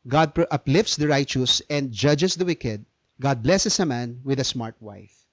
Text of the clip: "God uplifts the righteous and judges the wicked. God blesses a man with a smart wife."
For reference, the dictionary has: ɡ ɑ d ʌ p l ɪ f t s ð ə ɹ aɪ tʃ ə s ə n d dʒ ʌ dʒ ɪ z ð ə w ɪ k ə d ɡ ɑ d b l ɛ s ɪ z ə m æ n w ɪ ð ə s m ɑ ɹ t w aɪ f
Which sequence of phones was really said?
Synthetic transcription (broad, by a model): ɡ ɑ d ʌ p l ɪ f t s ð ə ɹ aɪ tʃ ə s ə n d dʒ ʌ dʒ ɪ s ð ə w ɪ k ə d ɡ ɑ d b l ɛ s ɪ s ə m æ n w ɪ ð ə s m ɑ ɹ t w aɪ f